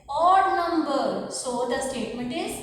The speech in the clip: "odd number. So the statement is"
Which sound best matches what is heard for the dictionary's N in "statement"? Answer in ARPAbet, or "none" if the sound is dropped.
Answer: N